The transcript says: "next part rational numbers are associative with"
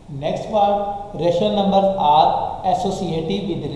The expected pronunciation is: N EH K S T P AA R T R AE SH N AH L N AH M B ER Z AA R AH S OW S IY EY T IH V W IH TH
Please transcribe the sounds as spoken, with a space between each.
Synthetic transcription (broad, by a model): N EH K S T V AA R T R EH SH AH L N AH M B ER AA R AH S OW S IY EY T IH V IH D